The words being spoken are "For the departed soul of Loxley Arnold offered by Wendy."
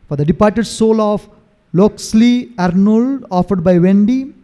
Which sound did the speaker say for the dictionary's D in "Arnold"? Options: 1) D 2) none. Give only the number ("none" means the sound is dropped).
1